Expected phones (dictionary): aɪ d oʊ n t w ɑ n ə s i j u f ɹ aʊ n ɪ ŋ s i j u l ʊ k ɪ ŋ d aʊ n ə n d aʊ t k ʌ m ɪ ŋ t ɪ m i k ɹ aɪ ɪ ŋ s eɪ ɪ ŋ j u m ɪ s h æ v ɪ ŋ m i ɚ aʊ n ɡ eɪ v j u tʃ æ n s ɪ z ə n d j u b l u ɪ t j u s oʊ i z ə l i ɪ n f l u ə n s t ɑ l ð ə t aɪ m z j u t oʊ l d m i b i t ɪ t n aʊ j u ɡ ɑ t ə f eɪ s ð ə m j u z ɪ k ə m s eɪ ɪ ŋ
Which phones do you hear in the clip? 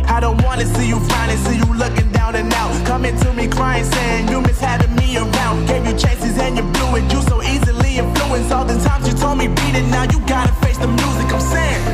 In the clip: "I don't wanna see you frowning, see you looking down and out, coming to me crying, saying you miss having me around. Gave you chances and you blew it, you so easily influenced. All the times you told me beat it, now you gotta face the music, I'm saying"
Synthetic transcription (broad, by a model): aɪ d oʊ n t w ɑ n ə s i j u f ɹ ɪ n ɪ s i j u l ʊ k ɪ ŋ d aʊ n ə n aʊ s k ʌ m ɪ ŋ t ɪ m i k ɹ aɪ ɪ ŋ s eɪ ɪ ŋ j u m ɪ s h æ v ɪ ŋ m i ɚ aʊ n ɡ eɪ v j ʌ tʃ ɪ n s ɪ z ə n j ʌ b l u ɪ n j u s oʊ i z ə l i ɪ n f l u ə n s ɑ l ð ə t aɪ m z j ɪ t oʊ l d m i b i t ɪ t n aʊ j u ɡ ɑ t ə f eɪ s ð ə m j u z ɪ k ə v s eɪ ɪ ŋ